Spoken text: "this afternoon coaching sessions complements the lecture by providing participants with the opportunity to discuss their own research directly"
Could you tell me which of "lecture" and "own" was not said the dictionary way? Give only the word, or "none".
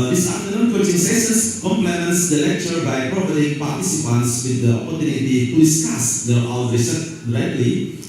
own